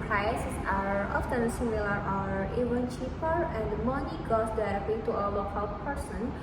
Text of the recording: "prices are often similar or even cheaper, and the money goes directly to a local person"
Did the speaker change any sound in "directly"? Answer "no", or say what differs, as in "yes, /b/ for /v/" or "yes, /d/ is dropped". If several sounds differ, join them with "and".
yes, /ɹ/ is dropped